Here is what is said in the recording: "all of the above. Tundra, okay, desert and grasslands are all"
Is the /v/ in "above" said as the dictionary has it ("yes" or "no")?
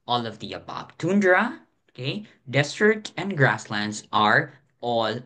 no